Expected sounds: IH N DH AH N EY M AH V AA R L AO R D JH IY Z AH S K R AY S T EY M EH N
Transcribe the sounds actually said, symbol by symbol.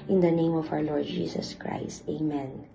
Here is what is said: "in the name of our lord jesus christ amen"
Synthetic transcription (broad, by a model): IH N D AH N EY M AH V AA W L AO R D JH IY S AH S K R AY S T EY M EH N